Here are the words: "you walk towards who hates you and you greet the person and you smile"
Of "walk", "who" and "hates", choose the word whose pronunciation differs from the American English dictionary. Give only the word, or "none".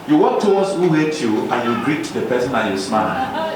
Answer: hates